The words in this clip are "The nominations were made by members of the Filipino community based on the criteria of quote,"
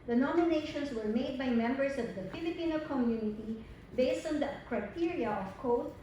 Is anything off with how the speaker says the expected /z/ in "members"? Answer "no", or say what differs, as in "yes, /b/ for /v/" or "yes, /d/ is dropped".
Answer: yes, /s/ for /z/